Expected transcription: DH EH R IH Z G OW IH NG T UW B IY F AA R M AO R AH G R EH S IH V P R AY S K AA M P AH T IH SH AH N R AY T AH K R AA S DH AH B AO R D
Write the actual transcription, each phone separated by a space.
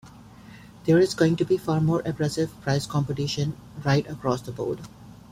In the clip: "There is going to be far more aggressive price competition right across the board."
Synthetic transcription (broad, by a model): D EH R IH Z G OW IH NG T UW B IY F AA R M AO R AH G R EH S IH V P R AY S K AA M P AH T IH SH AH N R AY T AH K R AA S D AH B AO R D